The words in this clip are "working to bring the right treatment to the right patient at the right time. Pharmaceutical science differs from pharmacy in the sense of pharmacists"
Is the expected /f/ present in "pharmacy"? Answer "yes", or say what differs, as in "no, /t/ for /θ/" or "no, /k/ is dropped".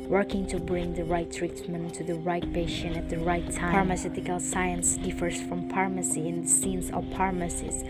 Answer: no, /p/ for /f/